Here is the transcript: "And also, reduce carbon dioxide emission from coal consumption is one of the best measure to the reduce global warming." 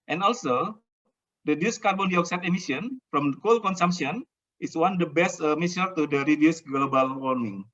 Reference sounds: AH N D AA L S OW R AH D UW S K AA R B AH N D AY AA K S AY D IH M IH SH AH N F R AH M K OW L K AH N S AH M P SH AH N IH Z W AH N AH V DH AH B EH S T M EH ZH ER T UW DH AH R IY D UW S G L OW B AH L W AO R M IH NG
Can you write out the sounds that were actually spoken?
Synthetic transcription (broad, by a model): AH N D AA L S OW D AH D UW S K AA R B AH N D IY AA K S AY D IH M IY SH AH N F R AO M K OW L K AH N S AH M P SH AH N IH S W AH N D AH B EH S T M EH S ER T UW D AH R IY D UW S G L OW B AH L W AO R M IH NG